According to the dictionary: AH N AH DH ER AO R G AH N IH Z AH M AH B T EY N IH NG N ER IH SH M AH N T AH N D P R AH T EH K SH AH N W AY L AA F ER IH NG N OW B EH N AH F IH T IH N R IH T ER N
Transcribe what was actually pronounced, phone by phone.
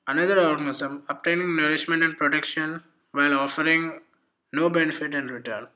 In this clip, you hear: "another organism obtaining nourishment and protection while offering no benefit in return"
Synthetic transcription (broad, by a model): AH N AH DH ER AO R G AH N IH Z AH M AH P T EY N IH NG N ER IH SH M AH N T AH N D P R AH T EH K SH AH N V AY L AA F ER IH NG N OW B EH N AH F IH T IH N R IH T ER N